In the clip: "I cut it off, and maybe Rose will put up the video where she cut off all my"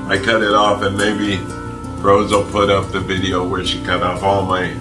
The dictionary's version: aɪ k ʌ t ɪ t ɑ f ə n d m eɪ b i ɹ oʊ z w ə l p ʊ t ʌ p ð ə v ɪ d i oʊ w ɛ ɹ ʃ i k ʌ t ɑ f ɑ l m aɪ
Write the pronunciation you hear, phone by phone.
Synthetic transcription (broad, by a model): aɪ k ʌ t ɪ t ɑ f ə n m eɪ b i ɹ oʊ z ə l p ʊ t ʌ p ð ə v ɪ d i oʊ w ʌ ɹ ʃ i k ʌ t ɑ f ɑ l m aɪ